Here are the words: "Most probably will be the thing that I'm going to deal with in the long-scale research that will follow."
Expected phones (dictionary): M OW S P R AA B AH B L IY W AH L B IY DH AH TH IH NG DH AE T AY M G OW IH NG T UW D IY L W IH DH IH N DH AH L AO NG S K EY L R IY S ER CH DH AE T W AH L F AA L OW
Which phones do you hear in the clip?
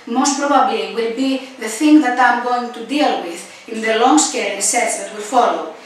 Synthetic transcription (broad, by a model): M OW S P R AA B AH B L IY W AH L B IY DH AH TH IH NG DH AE T AY M G OW IH NG T UW D IY L W IH DH IH N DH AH L AO NG S K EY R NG S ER S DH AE T W AH L F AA L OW